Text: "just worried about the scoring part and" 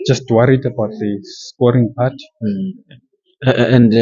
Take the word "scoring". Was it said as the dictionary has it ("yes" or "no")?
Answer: yes